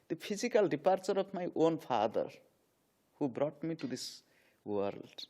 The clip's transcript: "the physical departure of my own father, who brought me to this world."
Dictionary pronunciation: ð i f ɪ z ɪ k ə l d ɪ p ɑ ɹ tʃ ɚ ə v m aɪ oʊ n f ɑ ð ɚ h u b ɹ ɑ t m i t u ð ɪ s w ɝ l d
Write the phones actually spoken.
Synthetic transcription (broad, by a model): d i p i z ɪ k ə l d ɪ p ɑ ɹ tʃ ɚ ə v m aɪ oʊ n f ɑ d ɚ h u b ɹ ɑ t m i t u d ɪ s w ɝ l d